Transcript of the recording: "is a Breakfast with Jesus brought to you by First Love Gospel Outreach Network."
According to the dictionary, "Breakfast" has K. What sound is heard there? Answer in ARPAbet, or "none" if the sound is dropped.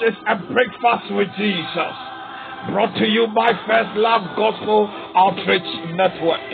K